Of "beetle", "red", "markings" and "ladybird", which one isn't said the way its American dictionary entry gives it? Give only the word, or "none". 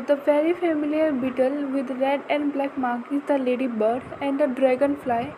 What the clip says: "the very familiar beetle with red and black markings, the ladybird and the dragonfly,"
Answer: markings